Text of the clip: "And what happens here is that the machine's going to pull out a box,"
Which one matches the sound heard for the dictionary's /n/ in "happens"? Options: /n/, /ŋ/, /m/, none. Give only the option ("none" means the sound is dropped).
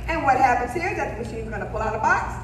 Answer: /n/